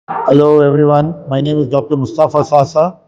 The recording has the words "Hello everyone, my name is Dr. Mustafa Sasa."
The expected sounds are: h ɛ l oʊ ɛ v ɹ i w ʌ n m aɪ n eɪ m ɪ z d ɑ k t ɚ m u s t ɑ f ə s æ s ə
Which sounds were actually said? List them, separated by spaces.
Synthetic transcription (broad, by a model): h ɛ l oʊ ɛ v ɹ i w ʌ n m aɪ n eɪ m ɪ z d ɑ k t ɚ m u s t ɑ f ə s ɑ s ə